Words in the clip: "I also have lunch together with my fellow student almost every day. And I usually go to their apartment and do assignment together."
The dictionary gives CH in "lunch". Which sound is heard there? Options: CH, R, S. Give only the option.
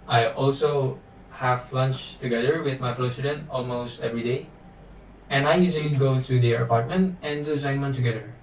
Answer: CH